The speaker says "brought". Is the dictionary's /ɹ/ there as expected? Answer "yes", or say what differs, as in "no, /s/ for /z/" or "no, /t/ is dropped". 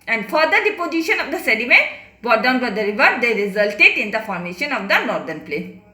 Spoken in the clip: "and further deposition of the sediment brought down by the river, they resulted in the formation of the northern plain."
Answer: no, /ɹ/ is dropped